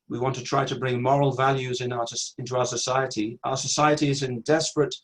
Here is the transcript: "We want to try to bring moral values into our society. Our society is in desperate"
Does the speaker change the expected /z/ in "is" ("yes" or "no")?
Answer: no